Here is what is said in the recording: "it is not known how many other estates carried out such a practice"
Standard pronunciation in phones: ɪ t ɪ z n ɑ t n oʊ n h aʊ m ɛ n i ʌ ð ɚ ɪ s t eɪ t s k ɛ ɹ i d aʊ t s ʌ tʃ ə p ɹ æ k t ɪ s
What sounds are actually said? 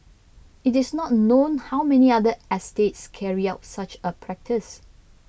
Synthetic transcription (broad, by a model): ɪ t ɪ s n ɑ t n oʊ n h aʊ m ɛ n i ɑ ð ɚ ɪ s t eɪ t s k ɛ ɹ i aʊ t s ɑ tʃ ə p ɹ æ k t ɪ s